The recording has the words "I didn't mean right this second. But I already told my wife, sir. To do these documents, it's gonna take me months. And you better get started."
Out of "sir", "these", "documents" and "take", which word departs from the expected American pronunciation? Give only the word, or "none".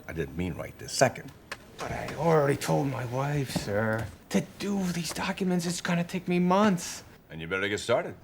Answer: none